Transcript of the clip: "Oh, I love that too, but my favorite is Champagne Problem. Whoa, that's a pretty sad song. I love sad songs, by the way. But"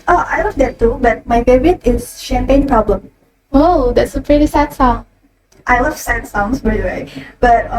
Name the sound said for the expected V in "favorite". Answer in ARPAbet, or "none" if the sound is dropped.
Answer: B